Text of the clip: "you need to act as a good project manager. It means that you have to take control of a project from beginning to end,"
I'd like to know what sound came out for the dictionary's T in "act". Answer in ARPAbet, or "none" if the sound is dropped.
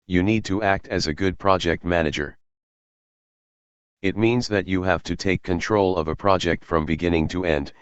T